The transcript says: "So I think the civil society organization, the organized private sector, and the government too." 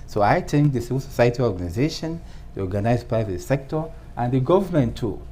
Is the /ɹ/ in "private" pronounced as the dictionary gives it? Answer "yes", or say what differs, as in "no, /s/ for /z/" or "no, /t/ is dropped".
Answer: yes